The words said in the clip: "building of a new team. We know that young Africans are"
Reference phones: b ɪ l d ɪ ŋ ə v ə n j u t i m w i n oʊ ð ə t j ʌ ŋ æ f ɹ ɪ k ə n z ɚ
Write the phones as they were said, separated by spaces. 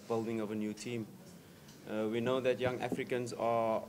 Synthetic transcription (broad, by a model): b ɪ l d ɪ ŋ ə v ə n j u t i m w i n oʊ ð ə t j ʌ ŋ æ f ɹ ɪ k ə n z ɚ